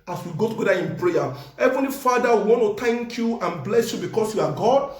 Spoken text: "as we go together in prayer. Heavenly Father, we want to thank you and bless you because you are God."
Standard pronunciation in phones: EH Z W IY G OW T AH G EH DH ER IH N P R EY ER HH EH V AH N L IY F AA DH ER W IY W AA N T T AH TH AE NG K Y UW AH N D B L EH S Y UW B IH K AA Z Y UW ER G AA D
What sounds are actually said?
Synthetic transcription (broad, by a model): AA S W IY G OW T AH G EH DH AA IH N P R EY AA HH EH V AH N L IY F AA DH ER W IY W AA N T T AH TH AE NG K Y UW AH N B L EH S Y UW B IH K AA S Y UW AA G AA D